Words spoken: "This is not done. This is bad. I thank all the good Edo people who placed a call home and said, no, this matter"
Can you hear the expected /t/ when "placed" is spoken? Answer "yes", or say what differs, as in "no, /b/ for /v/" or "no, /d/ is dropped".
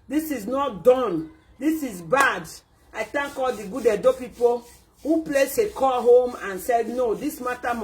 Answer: no, /t/ is dropped